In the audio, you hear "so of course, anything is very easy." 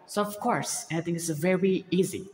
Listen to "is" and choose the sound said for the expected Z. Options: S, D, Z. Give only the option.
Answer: S